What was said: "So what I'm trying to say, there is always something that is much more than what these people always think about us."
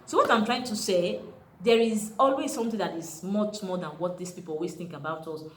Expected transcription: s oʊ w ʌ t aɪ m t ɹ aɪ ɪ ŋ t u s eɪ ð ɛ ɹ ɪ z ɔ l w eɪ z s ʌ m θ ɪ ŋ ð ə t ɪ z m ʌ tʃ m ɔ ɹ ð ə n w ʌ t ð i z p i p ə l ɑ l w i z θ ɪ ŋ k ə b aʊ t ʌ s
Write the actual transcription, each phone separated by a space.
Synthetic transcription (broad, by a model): s oʊ w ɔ t aɪ m t ɹ aɪ ɪ ŋ t u s eɪ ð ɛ ɹ ɪ z ɔ l w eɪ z s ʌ m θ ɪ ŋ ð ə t ɪ z m ʌ tʃ m ɔ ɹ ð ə n w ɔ t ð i s p i p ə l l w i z θ ɪ ŋ k ə b aʊ t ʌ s